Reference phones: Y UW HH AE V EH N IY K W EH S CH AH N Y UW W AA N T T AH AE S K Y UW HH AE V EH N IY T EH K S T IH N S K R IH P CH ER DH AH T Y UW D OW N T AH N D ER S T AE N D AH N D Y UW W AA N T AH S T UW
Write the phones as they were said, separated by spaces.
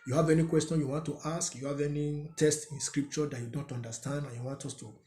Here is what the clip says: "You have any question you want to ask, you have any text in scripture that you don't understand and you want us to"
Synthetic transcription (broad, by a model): Y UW HH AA V EH N IY K W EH S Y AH N Y UW W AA N T T AH S K Y UW HH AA V EH N IY T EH S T IH N S K R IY P CH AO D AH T Y UW D OW N T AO N D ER S T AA N D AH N Y UW W AA N T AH S T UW